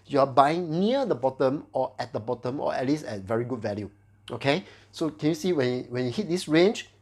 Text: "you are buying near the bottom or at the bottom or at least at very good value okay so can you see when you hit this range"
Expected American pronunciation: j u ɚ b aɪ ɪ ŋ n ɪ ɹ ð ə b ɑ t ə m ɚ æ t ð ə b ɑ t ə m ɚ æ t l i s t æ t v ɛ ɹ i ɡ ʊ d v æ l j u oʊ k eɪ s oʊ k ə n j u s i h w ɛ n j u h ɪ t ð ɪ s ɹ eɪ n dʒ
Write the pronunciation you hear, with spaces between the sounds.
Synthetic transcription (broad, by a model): j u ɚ b aɪ ɪ ŋ n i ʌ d ə b ɑ t ə m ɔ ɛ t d ə b ɑ t ə m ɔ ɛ t l i s ɛ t v ɛ ɹ i ɡ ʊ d v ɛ l j u oʊ k eɪ s oʊ k ə n j u s i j w ɛ n j u h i t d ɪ s ɹ eɪ n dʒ